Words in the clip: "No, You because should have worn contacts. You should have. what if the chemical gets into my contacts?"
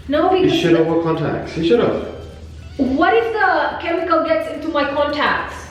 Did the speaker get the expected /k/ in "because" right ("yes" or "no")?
no